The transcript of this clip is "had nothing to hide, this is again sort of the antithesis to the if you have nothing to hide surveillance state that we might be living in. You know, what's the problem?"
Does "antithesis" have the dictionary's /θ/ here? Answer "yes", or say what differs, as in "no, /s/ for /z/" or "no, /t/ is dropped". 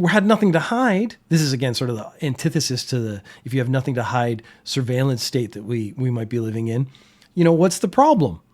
yes